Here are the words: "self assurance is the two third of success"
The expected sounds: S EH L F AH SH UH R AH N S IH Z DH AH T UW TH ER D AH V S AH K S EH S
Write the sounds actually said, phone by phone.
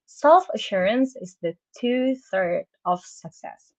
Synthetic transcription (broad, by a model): S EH L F AH SH UH R AH N S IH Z DH AH T UW TH ER D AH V S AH K S EH S